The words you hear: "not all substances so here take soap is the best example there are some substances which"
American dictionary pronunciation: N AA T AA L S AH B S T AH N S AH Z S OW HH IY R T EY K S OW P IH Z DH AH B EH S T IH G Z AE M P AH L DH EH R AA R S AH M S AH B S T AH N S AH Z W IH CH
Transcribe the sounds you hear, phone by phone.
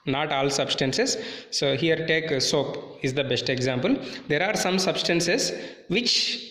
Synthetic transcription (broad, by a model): N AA T AA L S AH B S T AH N S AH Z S OW HH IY R T EY K S OW P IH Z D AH B EH S T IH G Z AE M P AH L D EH R AA R S AH M S AH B S T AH N S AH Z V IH CH